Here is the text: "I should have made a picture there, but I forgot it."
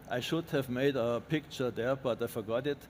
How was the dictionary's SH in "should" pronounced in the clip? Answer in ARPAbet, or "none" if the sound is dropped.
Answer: SH